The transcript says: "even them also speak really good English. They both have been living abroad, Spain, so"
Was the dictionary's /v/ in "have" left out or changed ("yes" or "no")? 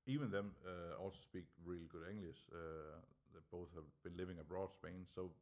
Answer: no